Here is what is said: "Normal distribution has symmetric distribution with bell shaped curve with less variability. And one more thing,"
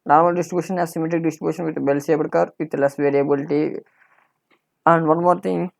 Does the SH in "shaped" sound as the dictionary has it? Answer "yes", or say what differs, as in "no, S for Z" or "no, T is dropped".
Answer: no, S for SH